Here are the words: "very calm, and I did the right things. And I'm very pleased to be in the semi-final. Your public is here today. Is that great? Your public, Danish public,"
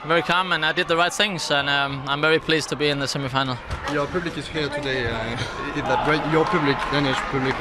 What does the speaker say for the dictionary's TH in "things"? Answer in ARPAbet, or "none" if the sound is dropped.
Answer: TH